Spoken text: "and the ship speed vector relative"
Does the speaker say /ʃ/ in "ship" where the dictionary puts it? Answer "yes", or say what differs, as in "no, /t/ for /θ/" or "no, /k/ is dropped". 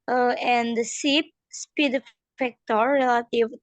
no, /s/ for /ʃ/